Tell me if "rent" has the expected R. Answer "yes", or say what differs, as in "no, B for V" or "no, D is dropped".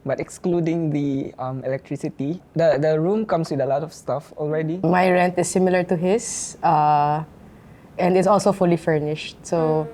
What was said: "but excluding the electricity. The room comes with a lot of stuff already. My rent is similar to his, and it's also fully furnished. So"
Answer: yes